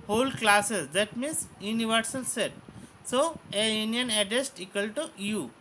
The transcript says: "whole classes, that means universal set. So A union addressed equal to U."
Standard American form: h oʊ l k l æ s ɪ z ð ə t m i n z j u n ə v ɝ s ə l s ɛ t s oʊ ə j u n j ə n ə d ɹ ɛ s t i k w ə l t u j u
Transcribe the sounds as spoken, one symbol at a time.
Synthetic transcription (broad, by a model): h oʊ l k l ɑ s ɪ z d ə t m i n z j u n ə v ɝ s ə l s ɛ t s oʊ ə j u n j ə n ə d ɛ s t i k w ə l t u j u